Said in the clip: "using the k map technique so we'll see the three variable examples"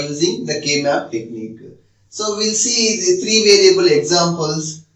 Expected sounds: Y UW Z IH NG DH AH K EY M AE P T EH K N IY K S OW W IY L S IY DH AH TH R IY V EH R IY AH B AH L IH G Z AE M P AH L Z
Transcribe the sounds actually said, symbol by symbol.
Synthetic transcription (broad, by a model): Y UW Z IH NG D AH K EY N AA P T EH K N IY K S OW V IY L S IY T R IY V EH R IY AH B AH L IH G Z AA M P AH L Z